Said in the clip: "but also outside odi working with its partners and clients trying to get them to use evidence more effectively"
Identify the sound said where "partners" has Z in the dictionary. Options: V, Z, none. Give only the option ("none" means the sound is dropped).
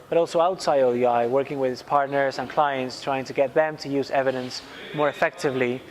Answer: Z